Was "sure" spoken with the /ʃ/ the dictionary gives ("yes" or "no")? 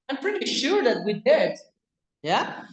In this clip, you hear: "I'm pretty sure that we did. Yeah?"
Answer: yes